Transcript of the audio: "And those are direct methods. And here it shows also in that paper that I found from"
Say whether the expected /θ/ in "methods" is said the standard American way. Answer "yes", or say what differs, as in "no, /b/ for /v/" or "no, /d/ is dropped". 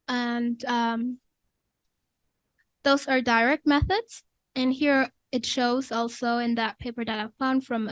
yes